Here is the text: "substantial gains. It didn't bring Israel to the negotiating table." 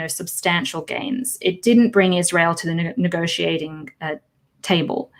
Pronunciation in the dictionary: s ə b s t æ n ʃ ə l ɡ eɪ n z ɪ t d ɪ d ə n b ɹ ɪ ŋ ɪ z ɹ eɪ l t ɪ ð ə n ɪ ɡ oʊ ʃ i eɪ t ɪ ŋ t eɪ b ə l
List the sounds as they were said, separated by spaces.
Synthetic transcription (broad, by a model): s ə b s t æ n ʃ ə l ɡ eɪ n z ɪ t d ɪ d n b ɹ ɪ ŋ ɪ z ɹ eɪ l t ɪ ð ə n ɪ ɡ oʊ ʃ i eɪ t ɪ ŋ t eɪ b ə l